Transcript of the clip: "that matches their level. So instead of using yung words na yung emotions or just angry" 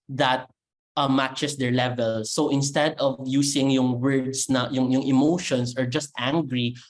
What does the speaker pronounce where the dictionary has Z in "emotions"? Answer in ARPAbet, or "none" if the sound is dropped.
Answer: S